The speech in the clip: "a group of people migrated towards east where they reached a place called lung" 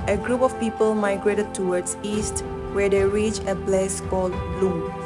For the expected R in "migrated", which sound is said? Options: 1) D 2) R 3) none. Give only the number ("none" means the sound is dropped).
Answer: 2